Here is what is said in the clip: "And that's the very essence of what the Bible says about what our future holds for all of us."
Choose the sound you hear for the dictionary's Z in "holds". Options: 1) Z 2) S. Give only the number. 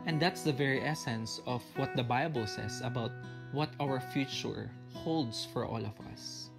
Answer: 2